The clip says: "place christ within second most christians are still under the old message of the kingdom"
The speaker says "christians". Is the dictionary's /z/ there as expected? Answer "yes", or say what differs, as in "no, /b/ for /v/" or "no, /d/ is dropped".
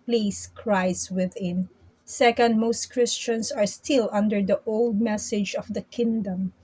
no, /s/ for /z/